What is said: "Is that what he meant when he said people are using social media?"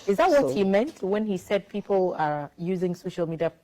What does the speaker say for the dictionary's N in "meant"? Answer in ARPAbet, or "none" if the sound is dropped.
N